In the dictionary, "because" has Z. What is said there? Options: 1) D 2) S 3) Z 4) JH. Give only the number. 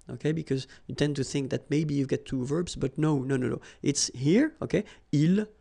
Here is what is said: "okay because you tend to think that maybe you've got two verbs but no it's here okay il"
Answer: 3